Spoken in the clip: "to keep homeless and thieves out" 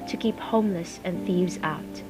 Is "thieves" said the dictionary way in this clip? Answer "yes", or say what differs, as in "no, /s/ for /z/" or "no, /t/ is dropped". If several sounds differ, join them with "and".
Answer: yes